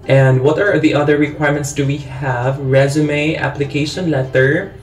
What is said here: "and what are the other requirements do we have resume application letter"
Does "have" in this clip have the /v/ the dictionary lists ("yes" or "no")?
yes